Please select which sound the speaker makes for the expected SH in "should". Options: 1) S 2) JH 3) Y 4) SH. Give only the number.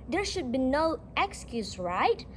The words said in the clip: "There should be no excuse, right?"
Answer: 4